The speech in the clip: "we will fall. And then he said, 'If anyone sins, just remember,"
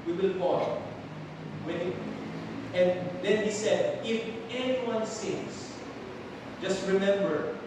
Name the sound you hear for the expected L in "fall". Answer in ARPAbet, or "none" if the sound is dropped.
W